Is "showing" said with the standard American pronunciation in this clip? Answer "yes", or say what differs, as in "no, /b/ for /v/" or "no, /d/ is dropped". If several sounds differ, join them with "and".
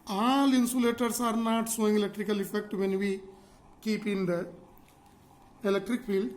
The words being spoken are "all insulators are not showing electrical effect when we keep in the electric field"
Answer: no, /s/ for /ʃ/